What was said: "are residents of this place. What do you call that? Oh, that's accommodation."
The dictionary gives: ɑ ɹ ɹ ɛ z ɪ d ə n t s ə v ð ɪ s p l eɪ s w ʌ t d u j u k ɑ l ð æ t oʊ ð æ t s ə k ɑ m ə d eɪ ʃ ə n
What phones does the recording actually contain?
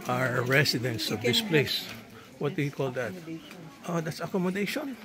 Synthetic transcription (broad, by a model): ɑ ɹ ɹ ɛ s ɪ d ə n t s ə v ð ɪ s p l eɪ s w ʌ t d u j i k ɑ l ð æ t oʊ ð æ t s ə k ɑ m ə d eɪ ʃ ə n